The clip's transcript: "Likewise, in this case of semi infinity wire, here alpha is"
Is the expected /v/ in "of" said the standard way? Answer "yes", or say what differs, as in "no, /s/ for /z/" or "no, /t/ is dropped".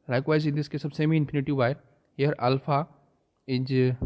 no, /b/ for /v/